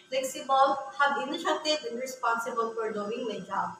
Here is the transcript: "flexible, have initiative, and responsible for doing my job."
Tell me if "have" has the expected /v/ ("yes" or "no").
no